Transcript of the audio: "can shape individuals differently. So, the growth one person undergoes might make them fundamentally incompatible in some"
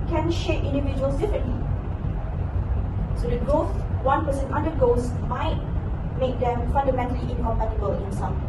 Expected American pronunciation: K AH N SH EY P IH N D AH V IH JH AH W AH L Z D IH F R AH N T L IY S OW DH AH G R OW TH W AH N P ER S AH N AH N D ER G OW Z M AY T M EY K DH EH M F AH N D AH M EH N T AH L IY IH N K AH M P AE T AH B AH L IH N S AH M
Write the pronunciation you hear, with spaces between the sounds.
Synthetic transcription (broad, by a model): K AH N SH EY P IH N D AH V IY JH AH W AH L S D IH F R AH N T L IY S OW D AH G OW S W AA N P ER S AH N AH N D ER G OW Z M AY T M EY K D EH M F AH N D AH M EH N T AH L IY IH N K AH M P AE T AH B AH L IH N S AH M